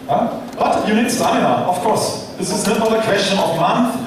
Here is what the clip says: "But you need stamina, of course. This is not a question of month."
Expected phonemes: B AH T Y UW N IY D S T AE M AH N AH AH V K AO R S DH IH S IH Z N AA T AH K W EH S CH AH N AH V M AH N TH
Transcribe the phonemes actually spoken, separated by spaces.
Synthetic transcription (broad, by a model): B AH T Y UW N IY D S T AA AH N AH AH F K AO R S DH IH S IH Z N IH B AH K W EH S CH AH N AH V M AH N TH